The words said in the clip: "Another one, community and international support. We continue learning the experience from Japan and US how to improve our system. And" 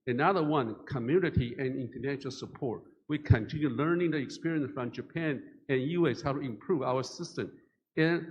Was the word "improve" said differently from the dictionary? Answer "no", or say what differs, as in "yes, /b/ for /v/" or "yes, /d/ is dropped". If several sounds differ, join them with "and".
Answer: no